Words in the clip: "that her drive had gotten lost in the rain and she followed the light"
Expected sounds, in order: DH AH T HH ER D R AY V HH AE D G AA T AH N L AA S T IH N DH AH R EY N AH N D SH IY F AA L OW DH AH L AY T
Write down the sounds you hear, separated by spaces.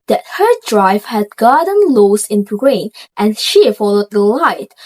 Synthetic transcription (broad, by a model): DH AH T HH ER D R AY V HH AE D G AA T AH N L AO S IH N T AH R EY N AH N SH IY F AA L OW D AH L AY T